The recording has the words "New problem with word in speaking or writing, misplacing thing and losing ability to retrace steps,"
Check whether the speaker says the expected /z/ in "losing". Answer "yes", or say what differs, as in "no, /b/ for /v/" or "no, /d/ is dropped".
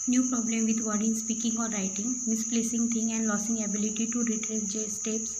no, /s/ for /z/